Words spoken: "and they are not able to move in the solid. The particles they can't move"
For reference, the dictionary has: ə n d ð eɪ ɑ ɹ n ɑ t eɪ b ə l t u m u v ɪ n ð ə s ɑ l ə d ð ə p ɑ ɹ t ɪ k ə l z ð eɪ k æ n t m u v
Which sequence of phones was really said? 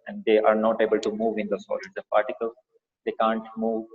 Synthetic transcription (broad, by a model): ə n d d eɪ ɑ ɹ n ɑ t eɪ b ə l t u m u v ɪ n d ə s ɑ ə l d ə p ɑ ɹ t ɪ k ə l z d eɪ k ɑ n t m u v